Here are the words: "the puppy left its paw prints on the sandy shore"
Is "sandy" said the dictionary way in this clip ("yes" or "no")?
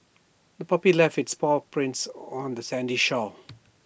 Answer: yes